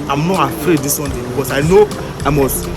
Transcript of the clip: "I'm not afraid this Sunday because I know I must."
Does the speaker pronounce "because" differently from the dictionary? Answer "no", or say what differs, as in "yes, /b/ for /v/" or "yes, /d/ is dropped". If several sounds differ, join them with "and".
yes, /s/ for /z/